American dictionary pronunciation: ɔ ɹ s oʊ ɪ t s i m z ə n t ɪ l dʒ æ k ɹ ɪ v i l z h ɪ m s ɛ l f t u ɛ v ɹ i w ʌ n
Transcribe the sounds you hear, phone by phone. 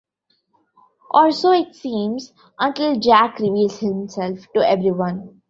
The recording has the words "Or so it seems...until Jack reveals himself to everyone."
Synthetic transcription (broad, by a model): ɔ l s oʊ ɪ t s i m z ə n t ɪ l dʒ æ k ɹ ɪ v i l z h ɪ m s ɛ l f t u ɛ v ɹ i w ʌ n